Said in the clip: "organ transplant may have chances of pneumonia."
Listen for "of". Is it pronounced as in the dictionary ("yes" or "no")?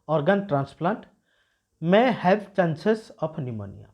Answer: no